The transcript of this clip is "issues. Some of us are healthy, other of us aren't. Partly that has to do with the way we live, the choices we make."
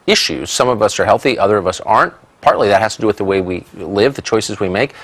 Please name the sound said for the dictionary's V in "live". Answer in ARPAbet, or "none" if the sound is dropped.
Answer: V